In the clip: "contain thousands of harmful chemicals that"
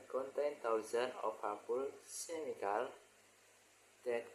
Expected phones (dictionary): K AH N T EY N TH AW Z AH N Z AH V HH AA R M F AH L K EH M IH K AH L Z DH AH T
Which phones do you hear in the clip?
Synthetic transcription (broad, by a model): K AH N T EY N T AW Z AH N AH F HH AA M P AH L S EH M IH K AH L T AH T